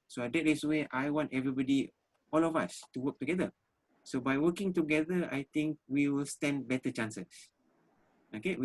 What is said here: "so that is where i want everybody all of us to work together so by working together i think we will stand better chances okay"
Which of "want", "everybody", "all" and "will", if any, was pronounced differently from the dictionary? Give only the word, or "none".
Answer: none